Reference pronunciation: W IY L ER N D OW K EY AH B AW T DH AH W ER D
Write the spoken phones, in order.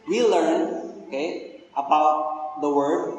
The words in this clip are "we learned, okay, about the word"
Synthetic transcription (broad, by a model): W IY L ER N OW K EY AH B AW T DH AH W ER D